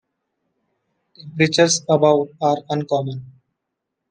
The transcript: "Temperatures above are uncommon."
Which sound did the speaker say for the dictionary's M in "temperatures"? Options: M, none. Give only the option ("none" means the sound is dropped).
none